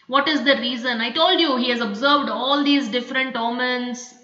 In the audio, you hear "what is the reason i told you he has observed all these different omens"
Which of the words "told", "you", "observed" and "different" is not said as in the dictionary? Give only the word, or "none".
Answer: none